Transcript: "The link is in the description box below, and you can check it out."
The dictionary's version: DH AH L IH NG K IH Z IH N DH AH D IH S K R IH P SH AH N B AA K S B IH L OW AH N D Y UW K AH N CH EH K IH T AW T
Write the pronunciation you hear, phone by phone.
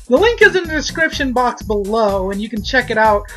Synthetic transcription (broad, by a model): DH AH L IH NG K IH Z IH N DH AH D IH S K R IH P SH AH N B AA K S B IH L OW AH N Y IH K N CH EH K IH T AW T